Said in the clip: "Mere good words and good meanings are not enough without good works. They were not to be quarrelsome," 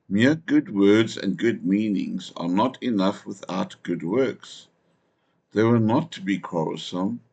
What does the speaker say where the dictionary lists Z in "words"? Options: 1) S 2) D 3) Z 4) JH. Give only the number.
3